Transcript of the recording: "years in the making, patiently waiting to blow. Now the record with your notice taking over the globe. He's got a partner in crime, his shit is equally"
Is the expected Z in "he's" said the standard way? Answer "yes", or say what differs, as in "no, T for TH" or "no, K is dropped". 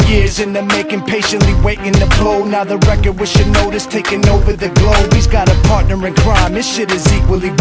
yes